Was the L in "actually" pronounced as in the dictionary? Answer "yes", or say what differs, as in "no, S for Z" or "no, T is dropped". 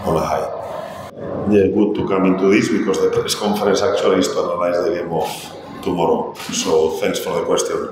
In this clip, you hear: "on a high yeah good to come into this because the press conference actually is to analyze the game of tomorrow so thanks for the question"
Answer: no, L is dropped